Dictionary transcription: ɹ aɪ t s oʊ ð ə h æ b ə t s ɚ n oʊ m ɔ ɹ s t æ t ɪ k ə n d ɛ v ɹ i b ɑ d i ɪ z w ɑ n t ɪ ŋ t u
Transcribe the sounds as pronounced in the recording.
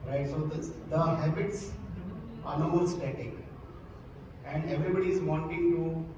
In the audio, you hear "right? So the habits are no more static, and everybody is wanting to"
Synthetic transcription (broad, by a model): ɹ aɪ t s oʊ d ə h æ b ə t s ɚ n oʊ m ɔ l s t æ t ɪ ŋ ə n d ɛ v ɹ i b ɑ d i ɪ z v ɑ n t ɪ ŋ t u